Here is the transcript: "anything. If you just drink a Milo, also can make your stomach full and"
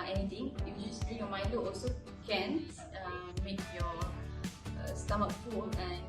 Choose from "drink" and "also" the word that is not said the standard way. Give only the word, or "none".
drink